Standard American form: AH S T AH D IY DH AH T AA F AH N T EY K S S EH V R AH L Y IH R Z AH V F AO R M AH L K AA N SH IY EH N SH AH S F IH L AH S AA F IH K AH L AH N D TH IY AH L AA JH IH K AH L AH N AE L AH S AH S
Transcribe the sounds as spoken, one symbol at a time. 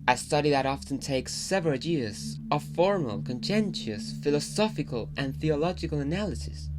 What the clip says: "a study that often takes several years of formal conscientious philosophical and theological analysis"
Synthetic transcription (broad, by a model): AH S T AH D IY DH AH T AA F AH N T EY K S S EH V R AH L Y IH R Z AH V F AO R M AH L K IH N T EH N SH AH S F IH L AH S AA F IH K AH L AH N TH IY AH L AA JH IH K AH L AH N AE L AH S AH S